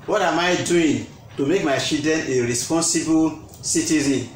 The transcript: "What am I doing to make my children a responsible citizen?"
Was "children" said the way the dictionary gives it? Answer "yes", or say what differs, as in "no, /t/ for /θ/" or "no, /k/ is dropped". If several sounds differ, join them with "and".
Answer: no, /ɹ/ is dropped